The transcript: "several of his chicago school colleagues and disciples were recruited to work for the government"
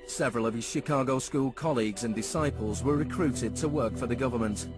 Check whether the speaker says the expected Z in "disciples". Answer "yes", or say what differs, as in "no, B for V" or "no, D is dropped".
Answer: yes